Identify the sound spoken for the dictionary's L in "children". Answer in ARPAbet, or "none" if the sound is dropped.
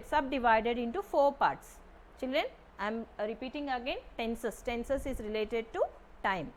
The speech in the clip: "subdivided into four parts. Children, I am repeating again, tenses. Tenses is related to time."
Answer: L